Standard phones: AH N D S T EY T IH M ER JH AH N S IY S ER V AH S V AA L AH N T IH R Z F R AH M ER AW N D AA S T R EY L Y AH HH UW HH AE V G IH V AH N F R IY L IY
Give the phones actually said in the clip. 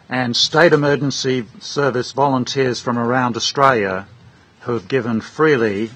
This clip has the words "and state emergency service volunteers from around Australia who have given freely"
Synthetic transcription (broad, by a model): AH N S T EY T IH M ER JH AH N S IY S ER V AH S V AA L AH N T IH R Z F R AH M ER AW N D AA S T R EY L Y AH HH UW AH V G IH V AH N F R IY L IY